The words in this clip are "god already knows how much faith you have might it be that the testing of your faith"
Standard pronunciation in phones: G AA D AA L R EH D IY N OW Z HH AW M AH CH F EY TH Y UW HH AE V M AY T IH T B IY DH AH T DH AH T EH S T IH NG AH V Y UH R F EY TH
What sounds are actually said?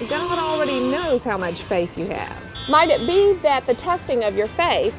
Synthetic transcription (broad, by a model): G AA D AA L R EH D IY N OW Z HH AW M AH CH F EY TH Y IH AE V M AY T IH T B IY DH AH T DH AH T EH S T IH NG AH V Y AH R F EY TH